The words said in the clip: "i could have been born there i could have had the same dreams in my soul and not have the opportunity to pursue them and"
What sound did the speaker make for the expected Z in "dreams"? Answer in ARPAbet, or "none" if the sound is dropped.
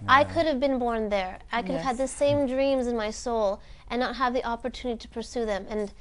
Z